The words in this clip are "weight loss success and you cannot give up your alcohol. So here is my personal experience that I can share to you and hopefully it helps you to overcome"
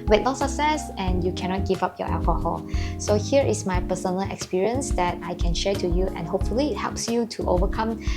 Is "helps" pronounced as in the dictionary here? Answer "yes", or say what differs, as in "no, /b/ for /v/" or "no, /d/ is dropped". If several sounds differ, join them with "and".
yes